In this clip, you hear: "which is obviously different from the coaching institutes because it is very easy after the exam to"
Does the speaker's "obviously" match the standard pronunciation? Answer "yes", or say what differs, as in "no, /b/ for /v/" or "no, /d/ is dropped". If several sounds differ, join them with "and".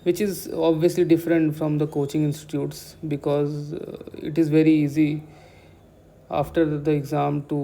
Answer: yes